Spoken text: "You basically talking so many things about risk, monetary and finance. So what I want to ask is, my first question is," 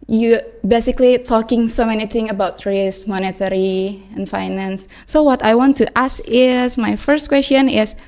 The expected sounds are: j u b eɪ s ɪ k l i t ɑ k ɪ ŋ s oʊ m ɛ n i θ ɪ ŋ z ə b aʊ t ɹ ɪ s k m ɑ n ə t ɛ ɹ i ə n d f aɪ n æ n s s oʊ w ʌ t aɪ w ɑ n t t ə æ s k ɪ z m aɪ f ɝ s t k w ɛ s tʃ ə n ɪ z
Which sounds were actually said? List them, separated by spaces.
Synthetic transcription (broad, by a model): j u b eɪ s ɪ k l i t ɑ k ɪ ŋ s oʊ m ɛ n i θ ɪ ŋ ə b aʊ t ɹ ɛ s m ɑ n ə t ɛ ɹ i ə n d f aɪ n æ n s s oʊ w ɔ t aɪ w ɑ n t t ə s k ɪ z m aɪ f ɝ s t k w ɛ s tʃ ə n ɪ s